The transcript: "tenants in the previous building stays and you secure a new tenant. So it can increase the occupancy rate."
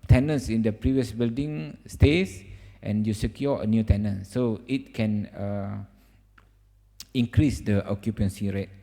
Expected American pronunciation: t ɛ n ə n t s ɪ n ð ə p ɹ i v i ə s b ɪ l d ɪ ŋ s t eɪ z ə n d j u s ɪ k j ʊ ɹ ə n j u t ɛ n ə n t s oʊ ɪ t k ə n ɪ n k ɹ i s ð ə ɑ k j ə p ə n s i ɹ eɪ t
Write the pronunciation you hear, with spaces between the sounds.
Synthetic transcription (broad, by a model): t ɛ n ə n s ɪ n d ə p ɹ i v i ə s b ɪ l d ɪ ŋ s t eɪ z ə n j u s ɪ k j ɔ ə n j u t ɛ n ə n s oʊ ɪ t k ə n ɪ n k ɹ i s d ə ɑ k j ə p ə n s i ɹ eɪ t